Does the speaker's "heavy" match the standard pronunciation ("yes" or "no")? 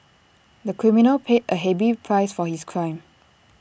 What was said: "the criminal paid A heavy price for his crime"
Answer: no